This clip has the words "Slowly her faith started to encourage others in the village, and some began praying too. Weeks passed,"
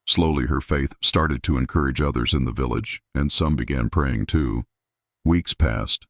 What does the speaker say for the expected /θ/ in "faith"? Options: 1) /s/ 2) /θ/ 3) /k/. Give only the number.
2